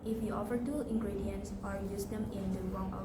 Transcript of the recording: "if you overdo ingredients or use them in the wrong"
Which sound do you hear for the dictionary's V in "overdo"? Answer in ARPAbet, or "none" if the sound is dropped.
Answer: F